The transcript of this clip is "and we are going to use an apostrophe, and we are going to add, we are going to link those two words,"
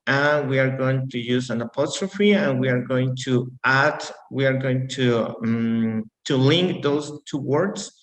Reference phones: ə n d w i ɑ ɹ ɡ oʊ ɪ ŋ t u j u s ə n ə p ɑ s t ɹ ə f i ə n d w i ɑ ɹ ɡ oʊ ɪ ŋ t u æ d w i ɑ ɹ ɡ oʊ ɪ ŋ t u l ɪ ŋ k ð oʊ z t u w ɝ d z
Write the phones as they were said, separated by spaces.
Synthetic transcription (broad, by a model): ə n w i ɑ ɹ ɡ oʊ ɪ ŋ t u j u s ə n ə p ɑ s t ɹ ə f i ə n w i ɑ ɹ ɡ oʊ ɪ ŋ t u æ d w i ɑ ɹ ɡ oʊ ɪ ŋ t u l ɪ ŋ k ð oʊ s t u w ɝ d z